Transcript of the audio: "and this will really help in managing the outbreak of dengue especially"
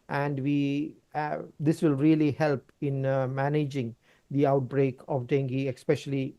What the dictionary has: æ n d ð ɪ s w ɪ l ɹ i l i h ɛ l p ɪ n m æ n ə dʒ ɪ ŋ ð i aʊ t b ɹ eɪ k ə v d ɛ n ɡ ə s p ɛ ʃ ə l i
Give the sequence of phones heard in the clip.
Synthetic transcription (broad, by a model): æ n d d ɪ s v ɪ l ɹ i l i h ɛ l p ɪ n m æ n ə dʒ ɪ ŋ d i aʊ t b ɹ eɪ k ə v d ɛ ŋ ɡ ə s p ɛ ʃ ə l i